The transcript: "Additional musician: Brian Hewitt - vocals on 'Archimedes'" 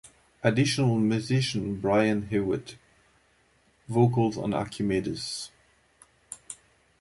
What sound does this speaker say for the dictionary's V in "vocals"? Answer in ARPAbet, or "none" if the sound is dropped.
V